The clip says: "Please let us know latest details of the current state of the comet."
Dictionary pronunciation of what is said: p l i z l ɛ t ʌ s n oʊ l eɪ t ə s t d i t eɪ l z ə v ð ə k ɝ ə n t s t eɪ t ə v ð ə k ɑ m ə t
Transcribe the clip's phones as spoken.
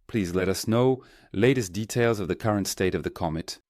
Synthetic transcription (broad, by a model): p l i z l ɛ t ʌ s n oʊ l eɪ t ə s d i t eɪ l z ə v ð ə k ɝ ə n t s t eɪ t ə v ð ə k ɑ m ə t